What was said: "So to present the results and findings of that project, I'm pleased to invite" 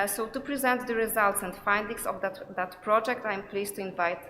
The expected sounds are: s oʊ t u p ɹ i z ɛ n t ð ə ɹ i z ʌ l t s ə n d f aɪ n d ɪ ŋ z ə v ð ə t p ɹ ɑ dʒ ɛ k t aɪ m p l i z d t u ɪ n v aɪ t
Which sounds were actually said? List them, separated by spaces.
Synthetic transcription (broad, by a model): s oʊ t u p ɹ i z ɛ n t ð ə ɹ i z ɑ l t s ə n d f aɪ n d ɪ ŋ s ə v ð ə t p ɹ ɑ dʒ ɛ k t aɪ m p l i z t u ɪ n v aɪ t